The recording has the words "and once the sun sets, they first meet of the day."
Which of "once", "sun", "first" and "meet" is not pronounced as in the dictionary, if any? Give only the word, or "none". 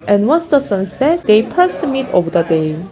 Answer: first